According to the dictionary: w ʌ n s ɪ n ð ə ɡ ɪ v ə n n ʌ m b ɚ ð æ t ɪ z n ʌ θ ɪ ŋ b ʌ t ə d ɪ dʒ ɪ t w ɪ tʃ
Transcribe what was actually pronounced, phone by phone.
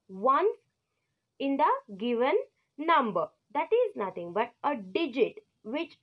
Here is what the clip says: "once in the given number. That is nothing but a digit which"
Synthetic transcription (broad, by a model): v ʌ n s ɪ n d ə ɡ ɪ v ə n n ʌ m b ɚ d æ t ɪ z n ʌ t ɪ ŋ b ʌ t ə d ɪ dʒ ɪ t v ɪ tʃ